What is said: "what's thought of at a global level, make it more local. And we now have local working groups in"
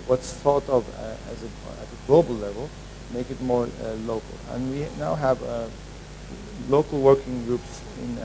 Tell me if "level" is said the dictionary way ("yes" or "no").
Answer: yes